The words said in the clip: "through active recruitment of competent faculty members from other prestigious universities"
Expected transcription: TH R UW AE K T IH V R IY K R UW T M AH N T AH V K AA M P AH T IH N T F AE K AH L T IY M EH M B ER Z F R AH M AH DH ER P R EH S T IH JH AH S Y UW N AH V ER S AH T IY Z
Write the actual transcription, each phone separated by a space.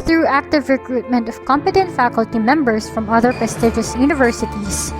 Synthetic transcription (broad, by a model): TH R UW AE K T IH V R IY K R UW T M AH N T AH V K AA M P AH T IH N T F AE K AH L T IY M EH M B ER S F R AH M AH DH ER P EH S T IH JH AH S Y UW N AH V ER S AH T IY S